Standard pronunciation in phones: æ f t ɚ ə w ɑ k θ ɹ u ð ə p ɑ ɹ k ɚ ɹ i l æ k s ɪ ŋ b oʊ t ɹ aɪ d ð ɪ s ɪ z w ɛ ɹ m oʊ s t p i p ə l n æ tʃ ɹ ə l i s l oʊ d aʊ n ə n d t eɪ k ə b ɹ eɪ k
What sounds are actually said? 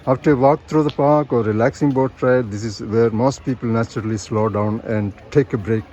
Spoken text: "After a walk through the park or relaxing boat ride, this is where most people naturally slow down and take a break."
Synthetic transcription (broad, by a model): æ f t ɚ ə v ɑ k t ɹ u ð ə p ɑ ɹ k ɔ ɹ i l æ k s ɪ ŋ b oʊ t ɹ aɪ d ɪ s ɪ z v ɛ ɹ m oʊ s t p i p ə l n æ tʃ ɹ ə l i s l oʊ d aʊ n ə n d t eɪ k ə b ɹ eɪ k